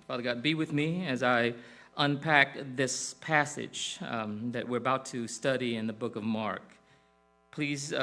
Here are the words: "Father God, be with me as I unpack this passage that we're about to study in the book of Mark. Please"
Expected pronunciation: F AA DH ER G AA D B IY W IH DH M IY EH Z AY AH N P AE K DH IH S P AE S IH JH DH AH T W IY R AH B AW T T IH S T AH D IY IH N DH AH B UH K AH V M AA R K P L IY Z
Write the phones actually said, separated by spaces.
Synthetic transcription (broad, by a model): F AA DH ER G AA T B IY W IH DH M IY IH Z AY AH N P AE K DH IH S P AE S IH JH DH AH T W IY R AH B AW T T IH S T AH D IY IH N DH AH B UH K AH V M AA R K P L IY Z